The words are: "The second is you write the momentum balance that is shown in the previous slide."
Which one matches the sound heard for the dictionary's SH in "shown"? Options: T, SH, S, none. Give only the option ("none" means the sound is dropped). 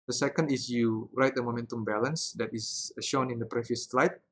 SH